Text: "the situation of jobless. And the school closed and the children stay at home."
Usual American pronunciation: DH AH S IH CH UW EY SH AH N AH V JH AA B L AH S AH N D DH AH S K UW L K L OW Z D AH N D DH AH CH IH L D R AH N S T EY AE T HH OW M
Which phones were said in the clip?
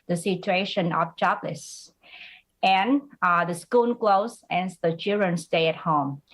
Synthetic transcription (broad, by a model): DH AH S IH CH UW EY SH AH N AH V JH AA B L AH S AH N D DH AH S K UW N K L OW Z AH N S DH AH CH IH L D R AH N S T EY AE T HH OW M